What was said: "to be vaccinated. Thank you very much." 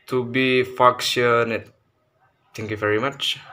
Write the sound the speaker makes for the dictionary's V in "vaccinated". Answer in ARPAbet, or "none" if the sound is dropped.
F